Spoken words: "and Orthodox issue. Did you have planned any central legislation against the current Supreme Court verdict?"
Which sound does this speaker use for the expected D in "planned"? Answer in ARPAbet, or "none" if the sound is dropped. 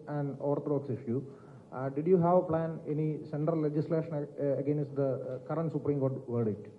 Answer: none